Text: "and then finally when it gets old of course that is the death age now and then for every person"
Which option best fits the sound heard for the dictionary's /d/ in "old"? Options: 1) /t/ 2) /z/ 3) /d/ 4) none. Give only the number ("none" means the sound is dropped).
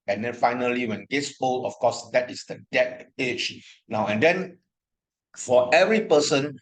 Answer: 4